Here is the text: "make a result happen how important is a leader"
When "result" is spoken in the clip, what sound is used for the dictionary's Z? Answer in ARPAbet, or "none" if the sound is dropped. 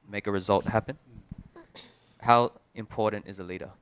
Z